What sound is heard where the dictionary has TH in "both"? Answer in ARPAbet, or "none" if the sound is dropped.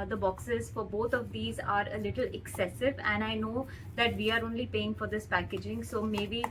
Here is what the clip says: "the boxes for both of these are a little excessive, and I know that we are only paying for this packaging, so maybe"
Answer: T